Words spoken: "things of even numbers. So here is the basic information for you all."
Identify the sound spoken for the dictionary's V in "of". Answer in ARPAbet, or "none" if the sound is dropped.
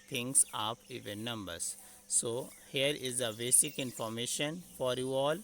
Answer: P